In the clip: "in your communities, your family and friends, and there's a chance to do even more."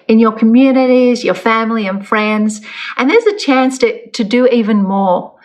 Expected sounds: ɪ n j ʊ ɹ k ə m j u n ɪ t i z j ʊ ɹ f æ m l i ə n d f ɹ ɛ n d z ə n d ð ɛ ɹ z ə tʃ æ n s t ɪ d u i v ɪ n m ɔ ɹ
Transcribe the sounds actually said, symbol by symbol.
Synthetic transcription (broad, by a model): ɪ n j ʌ ɹ k ə m j u n ɪ t i z j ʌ ɹ f æ m l i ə n f ɹ ɛ n d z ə n ð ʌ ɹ z ə tʃ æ n s t ɪ d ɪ i v ɪ n m ɔ ɹ